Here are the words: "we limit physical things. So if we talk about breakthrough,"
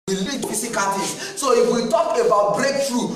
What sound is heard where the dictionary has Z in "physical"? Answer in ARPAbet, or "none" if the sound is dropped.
S